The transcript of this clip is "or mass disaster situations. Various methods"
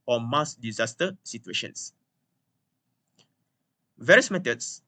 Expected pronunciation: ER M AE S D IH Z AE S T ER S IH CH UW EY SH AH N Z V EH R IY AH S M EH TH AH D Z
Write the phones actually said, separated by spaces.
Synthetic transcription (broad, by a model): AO M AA S D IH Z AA S T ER S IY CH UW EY SH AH N S V EH R IY AH S M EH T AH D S